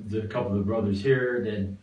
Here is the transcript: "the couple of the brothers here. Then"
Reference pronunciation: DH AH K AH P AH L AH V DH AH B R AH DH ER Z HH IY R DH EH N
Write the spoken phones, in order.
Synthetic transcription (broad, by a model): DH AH K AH P L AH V DH AH B R AH DH ER Z HH IY R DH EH N